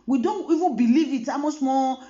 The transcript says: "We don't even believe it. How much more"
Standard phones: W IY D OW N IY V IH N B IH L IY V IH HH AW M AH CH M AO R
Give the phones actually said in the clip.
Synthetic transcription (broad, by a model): W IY D OW N IY V IH N B IH L IY V IH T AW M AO S M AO